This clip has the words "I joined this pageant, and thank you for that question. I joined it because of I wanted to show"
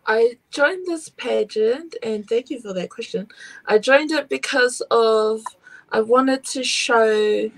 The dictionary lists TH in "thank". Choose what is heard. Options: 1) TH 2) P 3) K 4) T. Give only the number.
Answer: 1